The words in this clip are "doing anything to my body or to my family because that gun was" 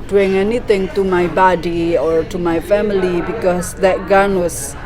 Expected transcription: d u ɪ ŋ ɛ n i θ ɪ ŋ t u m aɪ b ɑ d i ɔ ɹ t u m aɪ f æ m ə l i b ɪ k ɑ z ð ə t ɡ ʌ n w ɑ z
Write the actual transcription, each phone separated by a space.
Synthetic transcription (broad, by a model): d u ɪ ŋ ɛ n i t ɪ ŋ t u m aɪ b ɑ d i ɔ ɹ t u m aɪ f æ m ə l i b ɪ k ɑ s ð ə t ɡ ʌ n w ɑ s